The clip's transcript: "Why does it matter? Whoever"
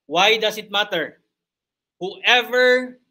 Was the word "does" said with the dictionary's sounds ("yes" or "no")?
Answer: no